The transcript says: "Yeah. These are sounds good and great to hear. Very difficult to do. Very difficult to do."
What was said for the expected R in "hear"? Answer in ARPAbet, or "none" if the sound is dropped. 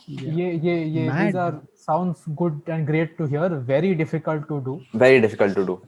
R